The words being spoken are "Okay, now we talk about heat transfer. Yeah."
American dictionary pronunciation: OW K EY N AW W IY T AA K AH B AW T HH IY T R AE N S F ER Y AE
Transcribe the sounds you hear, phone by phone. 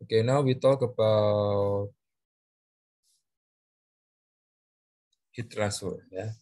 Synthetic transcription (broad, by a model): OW K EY N AW W IY T AA K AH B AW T HH IY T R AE S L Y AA